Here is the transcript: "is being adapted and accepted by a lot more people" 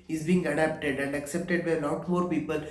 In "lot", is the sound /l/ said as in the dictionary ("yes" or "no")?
no